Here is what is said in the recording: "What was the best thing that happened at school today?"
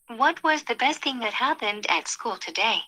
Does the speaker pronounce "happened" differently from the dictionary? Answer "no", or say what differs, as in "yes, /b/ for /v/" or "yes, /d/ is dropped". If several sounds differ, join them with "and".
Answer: no